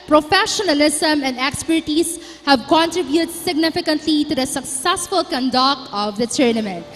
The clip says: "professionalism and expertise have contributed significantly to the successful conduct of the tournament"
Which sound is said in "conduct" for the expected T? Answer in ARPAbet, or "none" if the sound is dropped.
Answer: none